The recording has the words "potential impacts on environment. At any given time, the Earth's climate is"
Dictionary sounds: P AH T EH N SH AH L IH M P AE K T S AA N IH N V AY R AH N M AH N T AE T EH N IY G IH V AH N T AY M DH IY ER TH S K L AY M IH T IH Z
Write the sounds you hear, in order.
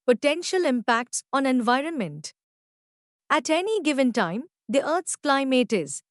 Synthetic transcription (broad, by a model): P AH T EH N SH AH L IH M P AE K T S AA N IH N V AY R AH N M AH N T AE T EH N IY G IH V AH N T AY M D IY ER T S K L AY M IH T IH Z